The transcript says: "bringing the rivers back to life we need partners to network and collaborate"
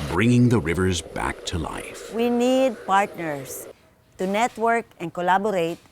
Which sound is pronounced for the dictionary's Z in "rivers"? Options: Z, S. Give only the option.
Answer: Z